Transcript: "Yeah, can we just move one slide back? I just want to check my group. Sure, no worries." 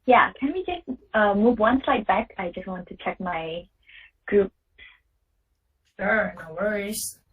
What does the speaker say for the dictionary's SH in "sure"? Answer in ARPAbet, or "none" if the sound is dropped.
S